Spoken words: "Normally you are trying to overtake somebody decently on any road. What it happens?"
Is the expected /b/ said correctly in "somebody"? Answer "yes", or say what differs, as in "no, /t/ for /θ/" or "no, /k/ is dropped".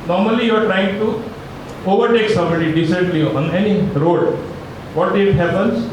no, /b/ is dropped